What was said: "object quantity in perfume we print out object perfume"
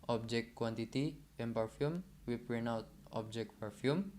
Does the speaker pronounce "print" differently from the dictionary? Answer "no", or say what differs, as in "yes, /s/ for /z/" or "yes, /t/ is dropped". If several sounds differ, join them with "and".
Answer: yes, /t/ is dropped